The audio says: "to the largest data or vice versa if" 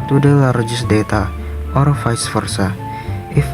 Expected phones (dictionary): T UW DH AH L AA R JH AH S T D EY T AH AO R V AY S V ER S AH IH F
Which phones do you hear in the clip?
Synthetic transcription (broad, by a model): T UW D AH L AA R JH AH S D EY T AH AO R F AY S F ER S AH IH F